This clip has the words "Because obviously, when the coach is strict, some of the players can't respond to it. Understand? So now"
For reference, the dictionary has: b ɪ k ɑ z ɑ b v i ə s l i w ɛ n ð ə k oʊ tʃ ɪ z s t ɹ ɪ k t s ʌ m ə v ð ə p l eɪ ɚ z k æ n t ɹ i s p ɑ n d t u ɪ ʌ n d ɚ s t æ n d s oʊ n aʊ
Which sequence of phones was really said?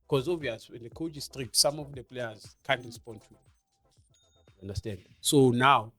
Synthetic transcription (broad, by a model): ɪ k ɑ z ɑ v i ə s i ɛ n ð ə k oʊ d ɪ s t ɹ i k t s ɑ m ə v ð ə p l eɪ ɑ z k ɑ n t ɹ i s p ɑ n d t u ɪ n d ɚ s t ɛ n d s oʊ n aʊ